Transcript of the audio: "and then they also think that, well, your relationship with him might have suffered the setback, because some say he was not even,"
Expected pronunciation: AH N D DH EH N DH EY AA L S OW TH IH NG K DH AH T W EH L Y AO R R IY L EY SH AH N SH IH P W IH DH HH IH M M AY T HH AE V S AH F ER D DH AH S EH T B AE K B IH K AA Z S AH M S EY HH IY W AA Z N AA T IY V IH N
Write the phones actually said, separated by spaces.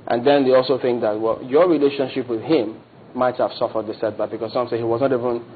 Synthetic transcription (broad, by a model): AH N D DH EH N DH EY AA L S OW TH IH NG K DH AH T W EH L Y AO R R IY L EY SH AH N SH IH P W IH DH HH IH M M AY T HH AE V S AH F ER D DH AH S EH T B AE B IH K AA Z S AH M S EY HH IY W AA Z N AA T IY V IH N